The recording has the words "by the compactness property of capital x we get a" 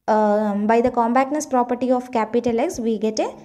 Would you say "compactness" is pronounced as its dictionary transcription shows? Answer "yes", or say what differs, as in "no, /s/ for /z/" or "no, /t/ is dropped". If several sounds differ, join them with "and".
no, /b/ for /p/